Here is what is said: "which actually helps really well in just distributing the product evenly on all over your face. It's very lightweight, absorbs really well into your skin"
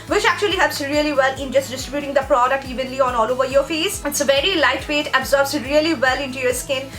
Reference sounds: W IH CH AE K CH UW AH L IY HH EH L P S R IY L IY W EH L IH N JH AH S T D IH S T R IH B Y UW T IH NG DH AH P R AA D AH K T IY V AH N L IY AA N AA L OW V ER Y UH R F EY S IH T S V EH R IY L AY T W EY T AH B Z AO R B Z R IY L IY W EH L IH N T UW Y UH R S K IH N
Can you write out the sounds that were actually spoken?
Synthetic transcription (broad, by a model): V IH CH AE K CH UW AH L IY HH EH P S R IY L IY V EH L IH N JH AH S T D IH S T R IH B Y UW T IH NG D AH P R AA D AH K T IY V AH N L IY AA N AA L OW V ER Y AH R F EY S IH T S V EH R IY L AY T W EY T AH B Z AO R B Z R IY L IY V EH L IH N T UW Y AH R S K IH N